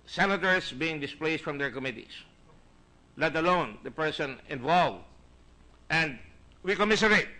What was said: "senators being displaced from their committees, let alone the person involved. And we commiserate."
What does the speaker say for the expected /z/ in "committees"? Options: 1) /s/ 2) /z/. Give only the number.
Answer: 1